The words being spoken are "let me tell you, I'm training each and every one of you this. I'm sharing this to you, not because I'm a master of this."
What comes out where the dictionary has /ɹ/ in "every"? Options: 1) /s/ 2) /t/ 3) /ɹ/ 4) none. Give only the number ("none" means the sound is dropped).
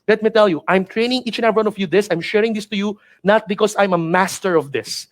4